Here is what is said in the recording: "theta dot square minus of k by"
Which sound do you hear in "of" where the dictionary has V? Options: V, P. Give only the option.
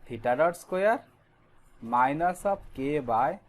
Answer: P